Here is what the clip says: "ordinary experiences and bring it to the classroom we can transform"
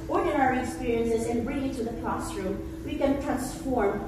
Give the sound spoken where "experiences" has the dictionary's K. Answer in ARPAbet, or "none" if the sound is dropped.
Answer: K